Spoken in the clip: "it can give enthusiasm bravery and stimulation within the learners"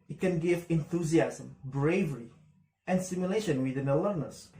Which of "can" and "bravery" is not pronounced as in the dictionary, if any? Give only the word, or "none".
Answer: none